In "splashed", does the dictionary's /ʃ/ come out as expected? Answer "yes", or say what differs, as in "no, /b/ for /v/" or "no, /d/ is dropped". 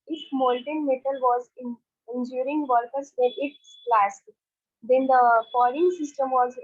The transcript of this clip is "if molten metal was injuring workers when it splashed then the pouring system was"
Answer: no, /s/ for /ʃ/